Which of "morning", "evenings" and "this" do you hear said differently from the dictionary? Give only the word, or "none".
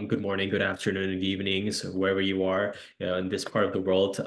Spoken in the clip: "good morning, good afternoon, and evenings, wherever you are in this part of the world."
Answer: none